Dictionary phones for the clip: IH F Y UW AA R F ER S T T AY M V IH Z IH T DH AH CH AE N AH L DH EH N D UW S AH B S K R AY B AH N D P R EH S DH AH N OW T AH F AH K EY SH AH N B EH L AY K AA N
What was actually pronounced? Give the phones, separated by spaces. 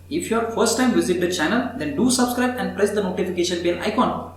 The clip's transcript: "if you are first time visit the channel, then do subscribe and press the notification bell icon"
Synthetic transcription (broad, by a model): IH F Y UW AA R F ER S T T AY M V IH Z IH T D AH CH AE N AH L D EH N D UW S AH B S K R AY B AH N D P R EH S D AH N OW T AH F AH K EY SH AH N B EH N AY K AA N